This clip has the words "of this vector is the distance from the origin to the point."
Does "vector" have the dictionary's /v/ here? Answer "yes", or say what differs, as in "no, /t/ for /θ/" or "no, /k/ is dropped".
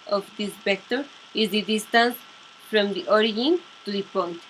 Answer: no, /b/ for /v/